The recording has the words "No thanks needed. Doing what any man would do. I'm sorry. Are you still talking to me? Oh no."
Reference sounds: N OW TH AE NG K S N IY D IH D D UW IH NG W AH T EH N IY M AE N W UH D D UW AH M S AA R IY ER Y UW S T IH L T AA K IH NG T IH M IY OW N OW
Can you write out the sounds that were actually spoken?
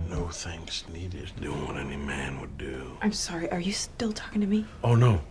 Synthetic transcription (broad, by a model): N OW TH AE NG K S N IY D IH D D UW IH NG W AH T EH N IY M AE N W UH D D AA AH M S AA R IY ER Y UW S T IH L T AA K IH NG T IH M IY OW N OW